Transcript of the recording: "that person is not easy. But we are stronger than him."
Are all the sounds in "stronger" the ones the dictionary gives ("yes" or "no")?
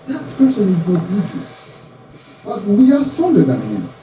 no